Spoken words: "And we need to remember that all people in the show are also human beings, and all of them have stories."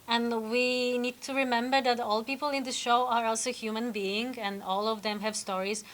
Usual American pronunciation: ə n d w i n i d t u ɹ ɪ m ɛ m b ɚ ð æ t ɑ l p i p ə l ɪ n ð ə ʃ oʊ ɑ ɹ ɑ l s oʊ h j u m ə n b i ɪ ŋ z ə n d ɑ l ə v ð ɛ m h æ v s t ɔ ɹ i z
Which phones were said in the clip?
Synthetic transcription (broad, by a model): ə n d w i n i d t u ɹ ɪ m ɛ m b ɚ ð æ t ɑ l p i p ə l ɪ n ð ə ʃ oʊ ɑ ɹ ɑ l s oʊ h j u m ə n b i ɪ ŋ ə n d ɑ l ə v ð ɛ m h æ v s t ɔ ɹ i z